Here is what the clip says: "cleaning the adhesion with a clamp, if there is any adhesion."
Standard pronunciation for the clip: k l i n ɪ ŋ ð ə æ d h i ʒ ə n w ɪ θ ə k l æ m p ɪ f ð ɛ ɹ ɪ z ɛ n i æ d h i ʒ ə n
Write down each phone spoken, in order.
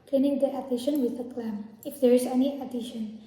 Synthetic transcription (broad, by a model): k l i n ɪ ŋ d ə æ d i ʃ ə n w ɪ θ ə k l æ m ɪ f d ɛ ɹ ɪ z ɛ n i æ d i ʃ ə n